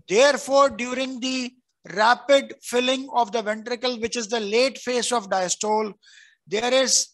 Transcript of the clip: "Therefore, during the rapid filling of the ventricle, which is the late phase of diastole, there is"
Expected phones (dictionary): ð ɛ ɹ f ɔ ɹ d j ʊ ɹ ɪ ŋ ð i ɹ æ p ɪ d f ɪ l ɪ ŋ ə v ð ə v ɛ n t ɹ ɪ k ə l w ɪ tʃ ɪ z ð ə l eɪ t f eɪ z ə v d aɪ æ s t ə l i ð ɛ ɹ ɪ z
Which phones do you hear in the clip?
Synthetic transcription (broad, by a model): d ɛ ɹ f ɔ ɹ d j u ɹ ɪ ŋ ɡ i ɹ æ p ɪ d f ɪ l ɪ ŋ ə v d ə v ɛ n t ɹ ɪ k ə l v ɪ tʃ ɪ z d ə l eɪ t f eɪ s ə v d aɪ s t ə l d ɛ ɹ ɪ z